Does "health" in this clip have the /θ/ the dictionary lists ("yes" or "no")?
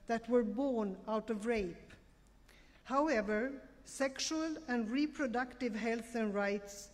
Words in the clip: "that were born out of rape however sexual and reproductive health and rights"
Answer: yes